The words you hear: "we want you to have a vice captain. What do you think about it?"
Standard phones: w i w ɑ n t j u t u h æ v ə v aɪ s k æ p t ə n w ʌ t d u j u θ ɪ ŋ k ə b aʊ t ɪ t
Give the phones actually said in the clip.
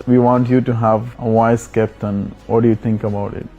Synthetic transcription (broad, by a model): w i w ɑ n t j u t u h æ v ə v aɪ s k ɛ p t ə n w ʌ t d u j u t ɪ ŋ k ə b aʊ t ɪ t